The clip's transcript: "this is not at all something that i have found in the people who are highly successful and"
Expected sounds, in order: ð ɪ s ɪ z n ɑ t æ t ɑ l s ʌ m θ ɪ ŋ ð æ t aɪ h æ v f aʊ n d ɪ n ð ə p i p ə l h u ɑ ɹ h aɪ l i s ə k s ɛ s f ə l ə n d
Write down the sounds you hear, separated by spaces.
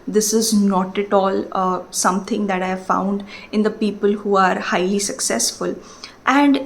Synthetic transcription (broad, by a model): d ɪ s ɪ z n ɑ t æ t ɑ l s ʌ m t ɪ ŋ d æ t aɪ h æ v f aʊ n d ɪ n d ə p i p ə l h u ɑ ɹ h aɪ l i s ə k s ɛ s f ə l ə n d